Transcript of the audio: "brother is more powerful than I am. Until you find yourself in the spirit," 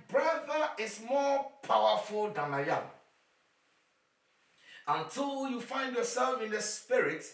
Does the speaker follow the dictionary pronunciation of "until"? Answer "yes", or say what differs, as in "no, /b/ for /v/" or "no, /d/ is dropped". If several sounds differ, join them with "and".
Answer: yes